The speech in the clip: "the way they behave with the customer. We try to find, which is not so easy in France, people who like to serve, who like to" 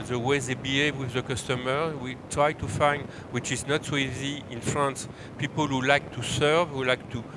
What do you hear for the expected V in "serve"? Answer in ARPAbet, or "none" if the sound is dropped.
V